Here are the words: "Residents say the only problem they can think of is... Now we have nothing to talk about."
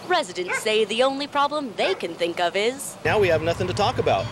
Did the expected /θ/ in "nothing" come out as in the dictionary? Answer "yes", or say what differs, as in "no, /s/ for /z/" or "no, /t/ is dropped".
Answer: yes